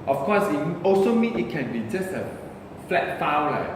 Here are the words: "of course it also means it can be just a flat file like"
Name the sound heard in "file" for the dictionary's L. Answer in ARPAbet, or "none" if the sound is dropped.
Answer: W